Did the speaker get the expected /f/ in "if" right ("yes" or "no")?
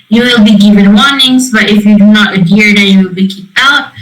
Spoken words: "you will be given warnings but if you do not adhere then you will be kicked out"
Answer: yes